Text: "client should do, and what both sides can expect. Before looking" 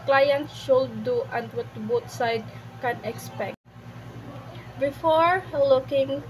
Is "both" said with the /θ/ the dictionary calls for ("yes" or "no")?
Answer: no